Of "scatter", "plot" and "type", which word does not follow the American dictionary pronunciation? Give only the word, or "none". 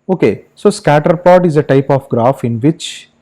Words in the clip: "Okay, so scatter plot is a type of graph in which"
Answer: plot